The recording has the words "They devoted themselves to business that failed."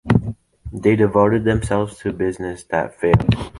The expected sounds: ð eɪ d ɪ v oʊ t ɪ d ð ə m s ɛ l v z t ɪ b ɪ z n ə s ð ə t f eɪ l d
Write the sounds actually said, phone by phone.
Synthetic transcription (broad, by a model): ð eɪ d ɪ v oʊ t ɪ d ð ə m s ɛ l v z t ɪ b ɪ z n ə s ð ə t f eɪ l